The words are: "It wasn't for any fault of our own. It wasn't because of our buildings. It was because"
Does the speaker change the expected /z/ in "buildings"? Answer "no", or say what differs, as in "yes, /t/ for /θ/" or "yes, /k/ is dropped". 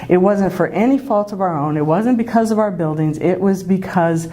no